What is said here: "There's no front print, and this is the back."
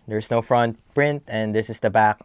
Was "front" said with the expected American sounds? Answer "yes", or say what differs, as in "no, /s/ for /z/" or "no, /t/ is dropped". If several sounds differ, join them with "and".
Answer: yes